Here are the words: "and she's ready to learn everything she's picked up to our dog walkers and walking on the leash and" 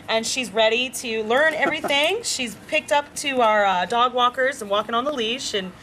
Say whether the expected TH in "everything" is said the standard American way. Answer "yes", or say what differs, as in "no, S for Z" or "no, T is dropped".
yes